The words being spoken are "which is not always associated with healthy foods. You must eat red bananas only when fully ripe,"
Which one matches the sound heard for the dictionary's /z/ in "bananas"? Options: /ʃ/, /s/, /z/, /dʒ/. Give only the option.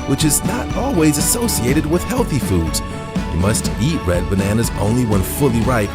/z/